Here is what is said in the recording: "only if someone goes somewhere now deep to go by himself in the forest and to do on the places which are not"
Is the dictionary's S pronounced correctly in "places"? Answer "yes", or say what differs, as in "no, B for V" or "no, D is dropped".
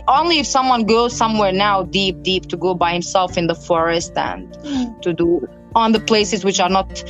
yes